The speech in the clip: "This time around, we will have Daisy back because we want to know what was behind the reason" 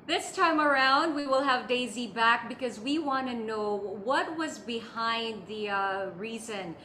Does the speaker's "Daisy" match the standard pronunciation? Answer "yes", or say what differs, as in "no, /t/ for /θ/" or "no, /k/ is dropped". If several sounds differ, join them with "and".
yes